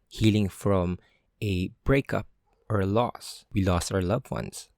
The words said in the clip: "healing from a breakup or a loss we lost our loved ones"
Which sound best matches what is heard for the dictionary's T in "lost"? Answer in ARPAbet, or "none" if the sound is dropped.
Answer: T